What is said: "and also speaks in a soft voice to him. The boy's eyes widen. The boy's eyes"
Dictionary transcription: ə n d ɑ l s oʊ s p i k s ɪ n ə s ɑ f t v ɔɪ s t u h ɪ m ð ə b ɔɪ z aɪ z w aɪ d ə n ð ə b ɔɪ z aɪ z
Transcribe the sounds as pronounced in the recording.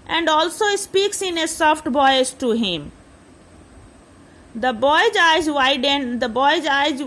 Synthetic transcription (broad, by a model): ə n d ɑ l s oʊ s p i k s ɪ n ə s ɑ f t b ɔɪ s t u h ɪ m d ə b ɔɪ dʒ aɪ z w aɪ d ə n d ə b ɔɪ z aɪ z